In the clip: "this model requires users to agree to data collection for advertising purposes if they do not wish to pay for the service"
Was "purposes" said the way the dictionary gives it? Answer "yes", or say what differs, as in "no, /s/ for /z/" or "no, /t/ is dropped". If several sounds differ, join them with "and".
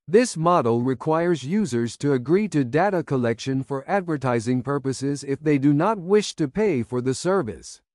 yes